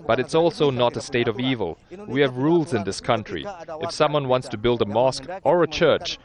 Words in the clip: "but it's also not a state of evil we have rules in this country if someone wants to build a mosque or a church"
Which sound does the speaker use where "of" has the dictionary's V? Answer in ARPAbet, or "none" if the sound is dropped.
V